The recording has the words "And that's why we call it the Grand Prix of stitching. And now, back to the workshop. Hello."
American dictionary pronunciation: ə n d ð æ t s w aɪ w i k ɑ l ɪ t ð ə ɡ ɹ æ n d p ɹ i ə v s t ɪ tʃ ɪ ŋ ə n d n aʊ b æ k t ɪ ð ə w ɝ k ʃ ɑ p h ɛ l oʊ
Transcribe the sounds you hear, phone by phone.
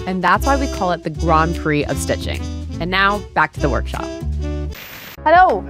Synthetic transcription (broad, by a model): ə n ð æ t s w aɪ w i k ɑ l ɪ t ð ə ɡ ɹ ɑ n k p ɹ i ə v s t ɪ tʃ ɪ ŋ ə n n aʊ b æ k t ɪ ð ə w ɝ k ʃ ɑ p h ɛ l oʊ